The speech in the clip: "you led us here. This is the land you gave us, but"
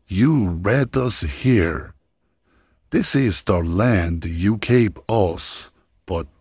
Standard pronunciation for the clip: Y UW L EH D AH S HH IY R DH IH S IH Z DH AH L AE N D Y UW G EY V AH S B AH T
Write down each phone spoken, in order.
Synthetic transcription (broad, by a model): Y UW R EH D AH S HH IY R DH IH S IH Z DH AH L AE N D Y UW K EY P AH S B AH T